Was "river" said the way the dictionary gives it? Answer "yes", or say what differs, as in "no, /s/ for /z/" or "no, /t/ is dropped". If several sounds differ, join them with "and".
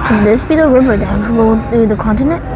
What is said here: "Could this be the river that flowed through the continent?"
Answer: yes